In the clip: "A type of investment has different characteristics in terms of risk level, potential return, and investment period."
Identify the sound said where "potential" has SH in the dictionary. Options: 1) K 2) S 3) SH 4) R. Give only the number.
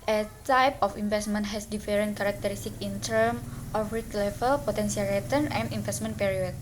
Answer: 2